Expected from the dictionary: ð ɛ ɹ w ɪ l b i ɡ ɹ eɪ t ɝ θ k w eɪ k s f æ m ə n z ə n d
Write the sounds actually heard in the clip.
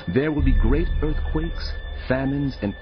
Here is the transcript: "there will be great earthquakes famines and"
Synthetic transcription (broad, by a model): ð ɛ ɹ w ɪ l b i ɡ ɹ eɪ t ɝ θ k w eɪ k s f æ m ə n z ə n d